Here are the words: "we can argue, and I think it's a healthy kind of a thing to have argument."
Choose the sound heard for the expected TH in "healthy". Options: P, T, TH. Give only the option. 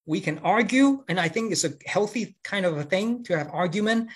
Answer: TH